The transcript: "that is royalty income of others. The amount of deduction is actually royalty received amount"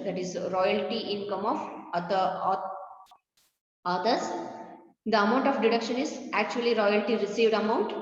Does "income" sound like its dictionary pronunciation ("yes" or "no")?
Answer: yes